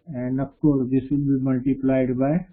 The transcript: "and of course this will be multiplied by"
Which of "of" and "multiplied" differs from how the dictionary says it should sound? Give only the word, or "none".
of